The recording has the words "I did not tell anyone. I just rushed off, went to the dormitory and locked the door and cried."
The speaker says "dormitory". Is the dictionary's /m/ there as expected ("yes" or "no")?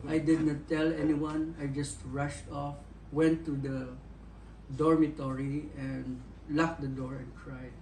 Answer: yes